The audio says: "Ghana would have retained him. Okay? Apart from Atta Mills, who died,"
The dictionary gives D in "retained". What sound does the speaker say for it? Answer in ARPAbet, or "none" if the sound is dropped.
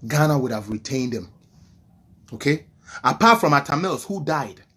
D